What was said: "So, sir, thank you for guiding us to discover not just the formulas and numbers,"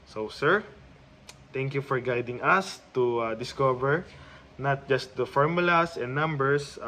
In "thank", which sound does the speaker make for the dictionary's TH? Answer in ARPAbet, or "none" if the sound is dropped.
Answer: T